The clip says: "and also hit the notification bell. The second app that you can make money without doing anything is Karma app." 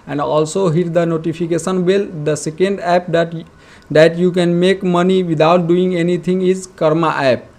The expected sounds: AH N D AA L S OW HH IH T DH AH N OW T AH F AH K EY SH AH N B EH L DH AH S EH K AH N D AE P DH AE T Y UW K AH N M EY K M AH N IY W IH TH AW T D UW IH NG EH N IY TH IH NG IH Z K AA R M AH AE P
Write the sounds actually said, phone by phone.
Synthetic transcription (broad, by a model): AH N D AA L S OW HH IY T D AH N OW T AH P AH K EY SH AH N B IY L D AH S EH K AH N D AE P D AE T Y UW K AH N M EY K M AH N IY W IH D AW T D UW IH NG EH N IY T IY NG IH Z K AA R M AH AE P